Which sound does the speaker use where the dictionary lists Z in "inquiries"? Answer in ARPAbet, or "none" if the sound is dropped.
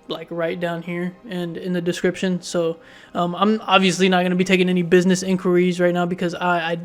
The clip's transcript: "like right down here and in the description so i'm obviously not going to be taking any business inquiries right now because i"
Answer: Z